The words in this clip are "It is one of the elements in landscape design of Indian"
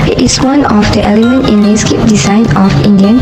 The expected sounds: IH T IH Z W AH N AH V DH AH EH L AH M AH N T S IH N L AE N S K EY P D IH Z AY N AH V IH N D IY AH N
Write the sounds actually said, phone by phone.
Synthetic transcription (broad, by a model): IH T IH S W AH N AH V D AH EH L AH M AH N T IH N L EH S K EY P D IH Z AY N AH F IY N D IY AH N